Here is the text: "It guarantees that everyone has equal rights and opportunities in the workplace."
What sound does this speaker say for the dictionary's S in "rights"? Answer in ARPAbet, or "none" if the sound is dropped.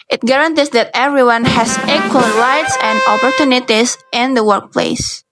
S